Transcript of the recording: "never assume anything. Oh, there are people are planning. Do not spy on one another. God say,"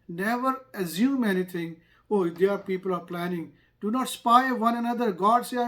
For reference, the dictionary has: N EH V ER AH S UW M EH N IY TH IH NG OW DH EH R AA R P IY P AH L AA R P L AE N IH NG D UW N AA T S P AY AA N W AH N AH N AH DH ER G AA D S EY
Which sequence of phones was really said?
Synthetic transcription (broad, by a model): N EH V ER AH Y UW M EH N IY T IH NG OW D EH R AA R P IY P AH L AA R P L AE N IH NG D UW N AA T S P AY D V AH N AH N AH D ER G AA D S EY